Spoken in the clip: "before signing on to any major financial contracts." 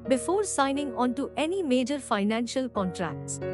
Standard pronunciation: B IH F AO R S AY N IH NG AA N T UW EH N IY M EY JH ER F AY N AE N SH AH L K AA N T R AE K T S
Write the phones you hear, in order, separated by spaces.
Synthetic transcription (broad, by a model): B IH F AO R S AY N IH NG AA N T UW EH N IY M EY JH ER F AY N AE N SH AH L K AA N T R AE K T S